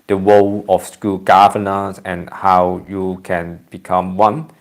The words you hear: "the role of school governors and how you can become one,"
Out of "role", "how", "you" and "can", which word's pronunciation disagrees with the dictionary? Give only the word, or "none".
role